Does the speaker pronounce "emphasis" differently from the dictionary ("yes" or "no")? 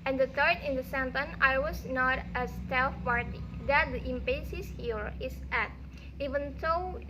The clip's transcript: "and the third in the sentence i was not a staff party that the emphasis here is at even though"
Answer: yes